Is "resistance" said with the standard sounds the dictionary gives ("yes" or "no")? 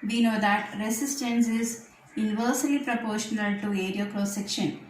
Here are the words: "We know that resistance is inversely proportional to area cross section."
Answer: no